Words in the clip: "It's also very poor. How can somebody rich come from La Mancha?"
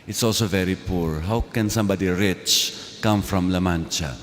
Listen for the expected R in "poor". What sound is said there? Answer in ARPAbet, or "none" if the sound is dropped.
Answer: R